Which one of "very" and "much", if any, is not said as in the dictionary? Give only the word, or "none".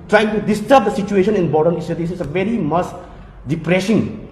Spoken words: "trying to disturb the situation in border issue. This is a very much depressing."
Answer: much